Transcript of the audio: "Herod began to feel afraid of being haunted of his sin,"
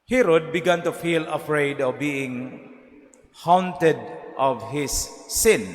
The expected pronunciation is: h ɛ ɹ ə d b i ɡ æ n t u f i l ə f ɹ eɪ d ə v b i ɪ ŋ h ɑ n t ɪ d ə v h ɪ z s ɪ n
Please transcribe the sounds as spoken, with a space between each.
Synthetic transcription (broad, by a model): h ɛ ɹ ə d b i ɡ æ n t u f i l ə f ɹ eɪ d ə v b i ɪ ŋ h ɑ n t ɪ d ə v h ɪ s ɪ n